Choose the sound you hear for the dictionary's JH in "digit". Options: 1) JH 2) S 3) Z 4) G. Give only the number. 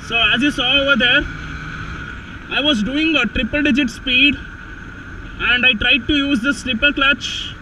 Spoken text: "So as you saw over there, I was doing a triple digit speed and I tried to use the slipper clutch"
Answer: 1